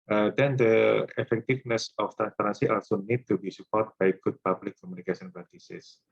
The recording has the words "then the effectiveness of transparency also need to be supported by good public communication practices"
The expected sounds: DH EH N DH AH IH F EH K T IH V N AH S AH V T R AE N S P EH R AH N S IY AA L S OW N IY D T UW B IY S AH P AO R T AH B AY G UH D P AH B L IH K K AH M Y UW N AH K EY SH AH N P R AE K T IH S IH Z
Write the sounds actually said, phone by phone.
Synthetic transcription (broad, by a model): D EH N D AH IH F EH K T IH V N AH S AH F T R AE N S P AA R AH N S IY AA L S OW N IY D T UW B IY S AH P AO R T B AY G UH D P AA B L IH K K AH M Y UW N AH K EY S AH N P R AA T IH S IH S